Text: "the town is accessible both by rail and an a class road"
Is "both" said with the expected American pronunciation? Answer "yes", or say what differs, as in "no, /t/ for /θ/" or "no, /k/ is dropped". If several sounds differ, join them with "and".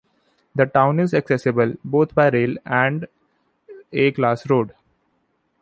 no, /t/ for /θ/